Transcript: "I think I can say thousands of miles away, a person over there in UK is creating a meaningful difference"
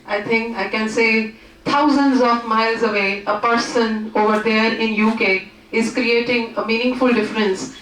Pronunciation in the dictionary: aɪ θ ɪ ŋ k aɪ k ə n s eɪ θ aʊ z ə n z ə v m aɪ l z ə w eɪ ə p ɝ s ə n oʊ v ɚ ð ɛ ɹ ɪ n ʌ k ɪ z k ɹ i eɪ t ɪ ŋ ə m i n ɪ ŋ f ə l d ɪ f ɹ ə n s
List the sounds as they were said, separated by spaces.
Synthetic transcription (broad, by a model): aɪ t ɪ ŋ k aɪ k ə n s eɪ t aʊ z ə n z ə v m aɪ l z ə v eɪ ə p ɝ s ə n oʊ v ɚ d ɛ ɹ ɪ n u k ɪ z k ɹ i eɪ t ɪ ŋ ə m i n ɪ ŋ f ə l d ɪ f ɹ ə n s